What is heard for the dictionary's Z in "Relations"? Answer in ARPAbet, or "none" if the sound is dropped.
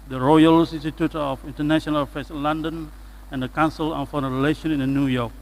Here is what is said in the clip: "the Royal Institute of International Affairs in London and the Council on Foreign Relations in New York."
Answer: none